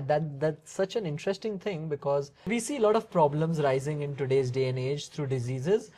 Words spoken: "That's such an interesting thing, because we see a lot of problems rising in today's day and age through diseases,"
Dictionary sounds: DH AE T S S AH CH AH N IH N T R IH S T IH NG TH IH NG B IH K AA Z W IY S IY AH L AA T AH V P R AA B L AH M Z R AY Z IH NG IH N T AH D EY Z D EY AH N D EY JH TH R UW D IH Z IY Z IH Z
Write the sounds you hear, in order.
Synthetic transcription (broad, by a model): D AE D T S AH CH AH N IH N T R IH S T IH NG T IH NG B IH K AA Z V IY S IY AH L AA T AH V P R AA B L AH M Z R AY Z IH NG IH N T AH D EY Z D EY AH N D EY JH T R UW D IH Z IY Z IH Z